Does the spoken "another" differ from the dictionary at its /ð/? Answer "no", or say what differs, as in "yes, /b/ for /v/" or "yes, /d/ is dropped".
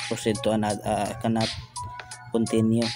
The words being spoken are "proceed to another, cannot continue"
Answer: yes, /ð/ is dropped